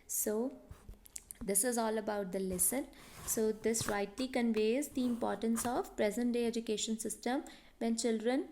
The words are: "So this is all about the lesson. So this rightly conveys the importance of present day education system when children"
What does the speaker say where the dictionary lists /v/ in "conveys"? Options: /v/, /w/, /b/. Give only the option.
/v/